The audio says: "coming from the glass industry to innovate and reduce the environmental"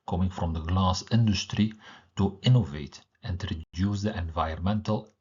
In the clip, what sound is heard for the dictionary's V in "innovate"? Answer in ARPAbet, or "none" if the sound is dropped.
V